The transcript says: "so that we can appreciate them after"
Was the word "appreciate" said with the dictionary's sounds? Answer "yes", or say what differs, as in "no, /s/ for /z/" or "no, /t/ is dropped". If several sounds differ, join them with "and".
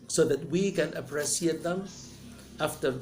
no, /s/ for /ʃ/